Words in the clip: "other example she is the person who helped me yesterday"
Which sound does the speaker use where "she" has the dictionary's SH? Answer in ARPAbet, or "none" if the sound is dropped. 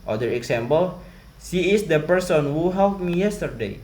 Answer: S